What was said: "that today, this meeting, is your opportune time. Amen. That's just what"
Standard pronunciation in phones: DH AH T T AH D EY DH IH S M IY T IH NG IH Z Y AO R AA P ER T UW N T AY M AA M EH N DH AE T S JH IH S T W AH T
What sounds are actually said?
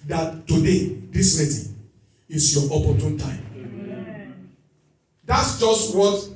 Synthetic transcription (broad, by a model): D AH T T AH D EY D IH S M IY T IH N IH S Y AO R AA P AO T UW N T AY AA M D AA T S JH IH S T W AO T